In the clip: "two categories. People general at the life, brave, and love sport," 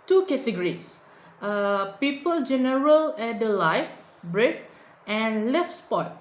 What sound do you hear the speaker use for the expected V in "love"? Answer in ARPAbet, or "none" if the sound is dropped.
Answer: F